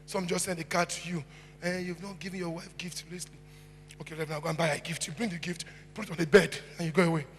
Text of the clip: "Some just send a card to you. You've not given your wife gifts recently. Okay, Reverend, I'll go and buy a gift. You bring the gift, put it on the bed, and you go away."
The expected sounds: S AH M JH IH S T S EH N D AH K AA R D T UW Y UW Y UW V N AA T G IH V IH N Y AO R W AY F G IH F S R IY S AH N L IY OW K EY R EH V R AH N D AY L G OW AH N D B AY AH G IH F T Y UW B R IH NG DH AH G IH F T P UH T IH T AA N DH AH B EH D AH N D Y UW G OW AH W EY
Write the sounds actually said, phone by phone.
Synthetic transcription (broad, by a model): S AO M JH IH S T S EH N D AH K AA T UW Y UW Y UW V N AA T G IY V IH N Y AO W AY F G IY F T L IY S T L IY OW K EY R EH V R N AY G OW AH N B AY AH G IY F T Y UW B R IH NG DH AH G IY F T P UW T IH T AA N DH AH B EH D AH N Y UW G OW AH W EY